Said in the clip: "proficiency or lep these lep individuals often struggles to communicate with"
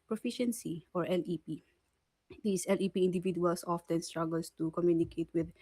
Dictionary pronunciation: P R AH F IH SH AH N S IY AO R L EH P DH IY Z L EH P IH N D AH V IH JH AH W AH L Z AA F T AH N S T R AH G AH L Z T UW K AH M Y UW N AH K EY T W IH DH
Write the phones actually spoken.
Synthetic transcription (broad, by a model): P R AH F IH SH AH N S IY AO R L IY P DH IY S L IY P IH N D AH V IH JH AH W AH L S AA F T AH N S T R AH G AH L S T UW K AH M Y UW N AH K EY T W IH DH